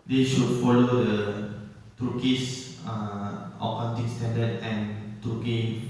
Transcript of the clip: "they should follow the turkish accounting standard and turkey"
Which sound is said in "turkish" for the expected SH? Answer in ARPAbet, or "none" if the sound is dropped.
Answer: S